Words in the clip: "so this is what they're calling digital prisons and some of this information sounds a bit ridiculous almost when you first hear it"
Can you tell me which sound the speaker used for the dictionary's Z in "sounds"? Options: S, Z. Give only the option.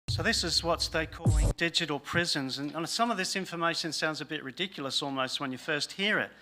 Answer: Z